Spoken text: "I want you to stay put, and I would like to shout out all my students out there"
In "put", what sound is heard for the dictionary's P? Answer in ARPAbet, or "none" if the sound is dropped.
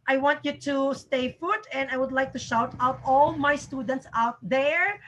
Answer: F